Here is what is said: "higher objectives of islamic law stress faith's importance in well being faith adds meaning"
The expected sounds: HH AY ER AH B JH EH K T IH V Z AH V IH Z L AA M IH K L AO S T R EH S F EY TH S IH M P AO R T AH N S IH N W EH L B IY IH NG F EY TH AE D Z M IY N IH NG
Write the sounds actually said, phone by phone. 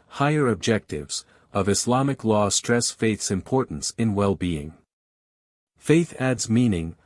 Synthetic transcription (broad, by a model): HH AY ER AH B JH EH K T IH V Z AH V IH S L AA M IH K L AO S T R EH S F EY TH S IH M P AO R T N S IH N W EH L B IY IH NG F EY TH AE D Z M IY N IH NG